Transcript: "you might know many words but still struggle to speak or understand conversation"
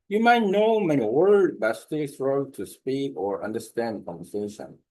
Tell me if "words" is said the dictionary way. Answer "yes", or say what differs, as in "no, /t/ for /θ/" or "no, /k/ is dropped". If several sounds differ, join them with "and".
no, /z/ is dropped